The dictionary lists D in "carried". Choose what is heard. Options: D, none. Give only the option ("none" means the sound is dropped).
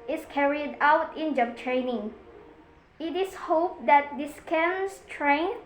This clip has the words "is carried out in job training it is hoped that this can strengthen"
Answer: D